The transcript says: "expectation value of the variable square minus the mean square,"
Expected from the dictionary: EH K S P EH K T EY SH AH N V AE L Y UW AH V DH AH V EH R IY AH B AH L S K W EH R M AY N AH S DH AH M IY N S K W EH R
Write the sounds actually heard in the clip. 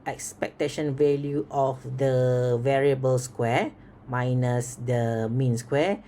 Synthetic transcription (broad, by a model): EH K S P EH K T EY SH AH N V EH L Y UW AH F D AH V EH R IY AH B AH L S K W EH M AY N AH S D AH M IY N S K W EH